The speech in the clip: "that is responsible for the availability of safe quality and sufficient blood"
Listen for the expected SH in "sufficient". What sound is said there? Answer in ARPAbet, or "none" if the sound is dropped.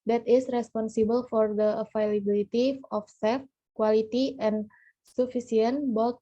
S